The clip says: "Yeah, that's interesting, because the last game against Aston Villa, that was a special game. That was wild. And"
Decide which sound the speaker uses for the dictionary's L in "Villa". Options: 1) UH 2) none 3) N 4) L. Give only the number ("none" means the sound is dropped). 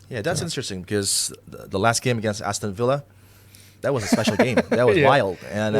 4